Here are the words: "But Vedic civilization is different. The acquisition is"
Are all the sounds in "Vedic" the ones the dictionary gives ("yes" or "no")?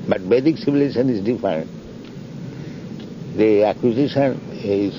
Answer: no